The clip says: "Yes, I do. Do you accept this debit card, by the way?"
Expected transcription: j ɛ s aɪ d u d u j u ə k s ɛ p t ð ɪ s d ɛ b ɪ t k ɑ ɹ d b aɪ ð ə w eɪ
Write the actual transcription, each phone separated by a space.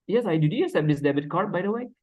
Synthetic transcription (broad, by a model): j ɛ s aɪ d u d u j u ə s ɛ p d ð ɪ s d ɛ b ɪ t k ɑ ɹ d b aɪ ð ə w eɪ